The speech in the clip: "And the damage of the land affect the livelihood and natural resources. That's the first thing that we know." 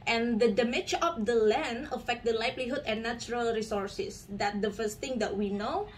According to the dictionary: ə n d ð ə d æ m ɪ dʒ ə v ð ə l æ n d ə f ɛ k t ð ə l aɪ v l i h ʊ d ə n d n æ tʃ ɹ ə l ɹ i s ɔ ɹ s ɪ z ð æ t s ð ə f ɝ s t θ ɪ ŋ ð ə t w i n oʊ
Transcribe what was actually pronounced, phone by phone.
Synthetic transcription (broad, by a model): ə n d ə d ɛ m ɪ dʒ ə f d ə l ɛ n ə f ɛ k t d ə l aɪ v l i h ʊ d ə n n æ tʃ ɹ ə l ɹ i s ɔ ɹ s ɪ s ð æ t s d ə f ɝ s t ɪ ŋ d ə t w i n oʊ